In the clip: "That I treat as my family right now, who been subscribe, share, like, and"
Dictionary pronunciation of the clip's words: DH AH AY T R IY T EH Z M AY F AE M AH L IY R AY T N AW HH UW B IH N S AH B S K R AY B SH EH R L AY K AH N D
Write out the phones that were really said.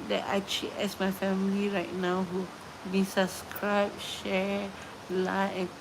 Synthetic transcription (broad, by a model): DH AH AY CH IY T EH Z M AY F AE M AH L IY R AY T N AW HH UW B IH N S AH B S K R AY B SH EH R L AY AH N